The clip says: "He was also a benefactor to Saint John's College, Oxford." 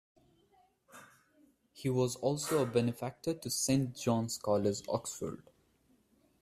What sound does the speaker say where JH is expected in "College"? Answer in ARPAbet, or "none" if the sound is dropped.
Z